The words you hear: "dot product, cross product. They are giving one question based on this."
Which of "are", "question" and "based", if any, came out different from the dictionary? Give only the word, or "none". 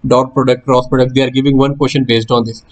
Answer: none